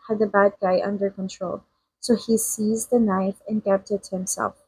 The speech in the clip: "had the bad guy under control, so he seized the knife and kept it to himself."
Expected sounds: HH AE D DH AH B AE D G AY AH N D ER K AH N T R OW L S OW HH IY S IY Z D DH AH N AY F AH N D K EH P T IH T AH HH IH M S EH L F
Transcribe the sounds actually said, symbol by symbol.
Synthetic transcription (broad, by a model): HH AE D DH AH B AE D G AY AH N D ER K AH N T R OW L S OW HH IY S IY Z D DH AH N AY F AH N K EH P T IH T HH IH M S EH L F